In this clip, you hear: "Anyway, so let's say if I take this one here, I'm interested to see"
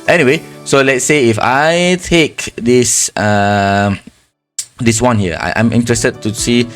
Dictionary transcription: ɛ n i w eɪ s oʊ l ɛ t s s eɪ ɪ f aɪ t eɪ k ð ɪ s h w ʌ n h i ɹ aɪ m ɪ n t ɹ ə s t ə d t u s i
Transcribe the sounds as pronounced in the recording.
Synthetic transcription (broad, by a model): ɛ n i w eɪ s oʊ l ɛ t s s eɪ ɪ f aɪ t eɪ k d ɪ s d w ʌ n h i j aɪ m ɪ n t ɹ ə s t ə d t u s i